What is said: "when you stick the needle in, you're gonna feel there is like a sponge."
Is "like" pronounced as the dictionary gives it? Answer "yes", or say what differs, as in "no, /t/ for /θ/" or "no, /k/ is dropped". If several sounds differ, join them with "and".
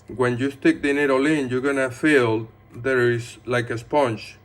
yes